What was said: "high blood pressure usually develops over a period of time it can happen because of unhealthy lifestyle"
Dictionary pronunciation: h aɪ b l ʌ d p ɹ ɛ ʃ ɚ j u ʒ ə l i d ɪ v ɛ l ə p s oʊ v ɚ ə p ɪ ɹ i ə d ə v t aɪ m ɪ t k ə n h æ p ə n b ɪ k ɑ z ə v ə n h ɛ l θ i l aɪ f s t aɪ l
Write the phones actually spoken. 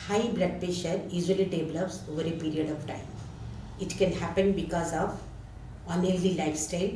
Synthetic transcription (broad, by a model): h aɪ b l ʌ d p ɛ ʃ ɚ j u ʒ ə l i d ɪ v l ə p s oʊ v ɚ ə p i ɹ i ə d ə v t aɪ m ɪ t k ə n h æ p ə n b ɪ k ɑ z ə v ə n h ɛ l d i l aɪ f s t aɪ l